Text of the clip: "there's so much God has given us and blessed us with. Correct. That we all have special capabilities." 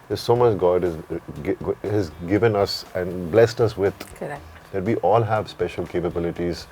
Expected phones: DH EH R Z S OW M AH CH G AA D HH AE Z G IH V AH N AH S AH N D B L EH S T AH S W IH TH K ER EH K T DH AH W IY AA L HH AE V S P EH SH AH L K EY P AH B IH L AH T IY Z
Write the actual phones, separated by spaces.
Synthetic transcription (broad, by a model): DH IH S OW M AH CH G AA D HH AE Z G IH V AH N AH S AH N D B L EH S T AH S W IH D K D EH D T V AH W AA L HH AE V S P EH SH AH L K EY P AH B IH L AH T IY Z